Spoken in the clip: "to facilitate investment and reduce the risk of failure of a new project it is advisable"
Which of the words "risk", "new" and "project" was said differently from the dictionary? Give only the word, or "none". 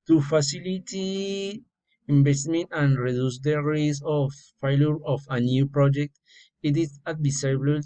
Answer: risk